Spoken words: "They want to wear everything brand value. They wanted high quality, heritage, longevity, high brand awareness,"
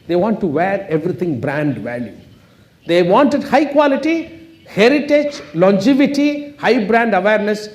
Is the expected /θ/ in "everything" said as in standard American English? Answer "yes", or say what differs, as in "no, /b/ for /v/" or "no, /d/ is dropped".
no, /t/ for /θ/